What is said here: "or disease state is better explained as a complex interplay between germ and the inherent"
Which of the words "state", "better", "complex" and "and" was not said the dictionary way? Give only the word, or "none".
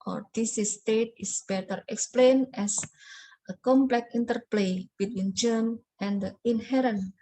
complex